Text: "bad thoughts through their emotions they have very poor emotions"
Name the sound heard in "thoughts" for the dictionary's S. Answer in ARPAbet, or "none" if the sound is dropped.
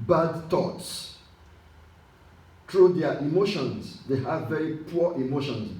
S